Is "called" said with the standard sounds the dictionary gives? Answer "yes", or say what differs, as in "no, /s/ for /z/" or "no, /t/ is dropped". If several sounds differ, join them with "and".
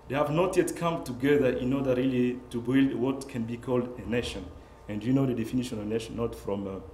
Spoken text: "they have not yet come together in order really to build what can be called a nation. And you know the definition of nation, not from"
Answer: yes